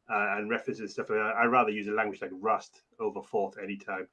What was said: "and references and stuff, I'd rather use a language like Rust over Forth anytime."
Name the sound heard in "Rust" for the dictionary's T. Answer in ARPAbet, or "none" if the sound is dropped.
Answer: T